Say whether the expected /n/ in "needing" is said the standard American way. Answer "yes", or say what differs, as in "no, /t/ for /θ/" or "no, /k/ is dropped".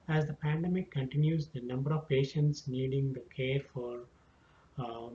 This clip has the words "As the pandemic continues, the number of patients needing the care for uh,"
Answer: yes